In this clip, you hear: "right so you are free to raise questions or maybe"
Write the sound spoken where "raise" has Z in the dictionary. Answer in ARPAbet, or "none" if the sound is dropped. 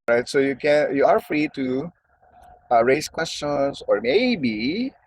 S